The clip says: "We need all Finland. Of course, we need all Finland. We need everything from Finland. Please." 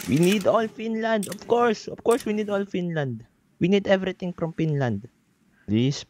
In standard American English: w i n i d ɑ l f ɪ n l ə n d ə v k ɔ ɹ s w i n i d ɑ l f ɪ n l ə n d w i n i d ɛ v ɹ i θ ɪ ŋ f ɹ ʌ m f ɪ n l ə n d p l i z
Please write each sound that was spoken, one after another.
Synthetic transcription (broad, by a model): w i n i d ɑ l f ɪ n l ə n d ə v k ɔ ɹ s w i n i d ɑ l f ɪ n l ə n d w i n i d ɛ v ɹ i t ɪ ŋ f ɹ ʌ m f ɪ n l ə n d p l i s